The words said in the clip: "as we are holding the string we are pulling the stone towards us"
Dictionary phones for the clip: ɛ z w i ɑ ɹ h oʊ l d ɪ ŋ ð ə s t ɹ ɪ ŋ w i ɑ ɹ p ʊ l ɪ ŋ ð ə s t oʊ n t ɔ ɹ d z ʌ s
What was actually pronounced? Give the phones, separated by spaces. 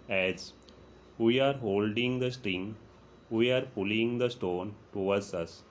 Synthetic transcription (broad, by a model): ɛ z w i ɑ ɹ h oʊ l d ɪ ŋ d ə s t ɹ ɪ ŋ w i ɑ ɹ p ʊ l ɪ ŋ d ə s t oʊ n t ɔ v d s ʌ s